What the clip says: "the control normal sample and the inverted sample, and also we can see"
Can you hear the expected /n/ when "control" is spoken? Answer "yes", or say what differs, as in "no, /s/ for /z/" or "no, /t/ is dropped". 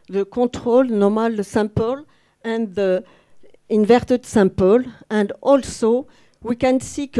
no, /n/ is dropped